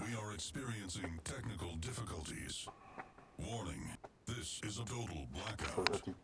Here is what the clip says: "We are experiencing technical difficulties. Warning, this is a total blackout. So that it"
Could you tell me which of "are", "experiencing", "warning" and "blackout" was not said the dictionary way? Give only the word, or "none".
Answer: none